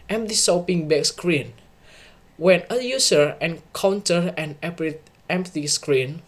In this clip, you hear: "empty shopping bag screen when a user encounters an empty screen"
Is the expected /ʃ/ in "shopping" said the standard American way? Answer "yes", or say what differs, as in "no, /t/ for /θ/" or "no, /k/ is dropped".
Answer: no, /s/ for /ʃ/